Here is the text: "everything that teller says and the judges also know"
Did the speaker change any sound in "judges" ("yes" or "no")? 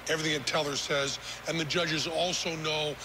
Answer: no